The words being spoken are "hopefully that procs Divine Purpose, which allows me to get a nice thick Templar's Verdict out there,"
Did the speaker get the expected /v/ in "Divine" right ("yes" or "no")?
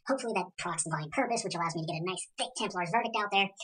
no